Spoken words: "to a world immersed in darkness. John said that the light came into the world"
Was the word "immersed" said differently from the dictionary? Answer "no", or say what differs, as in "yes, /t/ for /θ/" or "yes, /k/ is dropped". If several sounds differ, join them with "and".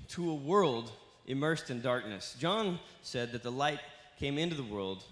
no